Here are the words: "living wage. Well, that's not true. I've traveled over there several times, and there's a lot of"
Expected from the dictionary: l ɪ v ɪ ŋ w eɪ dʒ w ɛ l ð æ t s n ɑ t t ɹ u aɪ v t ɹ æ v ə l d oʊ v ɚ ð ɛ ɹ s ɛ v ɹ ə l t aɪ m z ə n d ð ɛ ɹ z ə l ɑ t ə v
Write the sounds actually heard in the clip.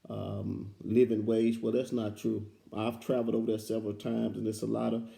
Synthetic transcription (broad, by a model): l ɪ v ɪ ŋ w eɪ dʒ w ɛ l ð æ t s n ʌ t t ɹ u aɪ v t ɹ æ v l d oʊ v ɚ ð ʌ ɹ s ɛ v ɹ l t aɪ m z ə n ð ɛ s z ə l ɑ t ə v